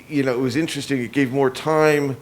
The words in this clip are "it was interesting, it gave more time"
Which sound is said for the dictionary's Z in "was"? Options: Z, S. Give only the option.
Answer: Z